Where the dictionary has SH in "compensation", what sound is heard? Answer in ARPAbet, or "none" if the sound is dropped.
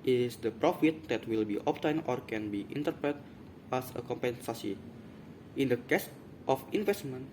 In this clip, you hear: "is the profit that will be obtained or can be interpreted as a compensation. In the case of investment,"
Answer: S